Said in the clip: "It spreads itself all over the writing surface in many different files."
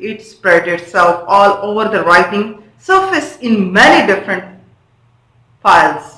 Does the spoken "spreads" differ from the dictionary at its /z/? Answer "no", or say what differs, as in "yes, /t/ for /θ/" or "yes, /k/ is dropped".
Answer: yes, /z/ is dropped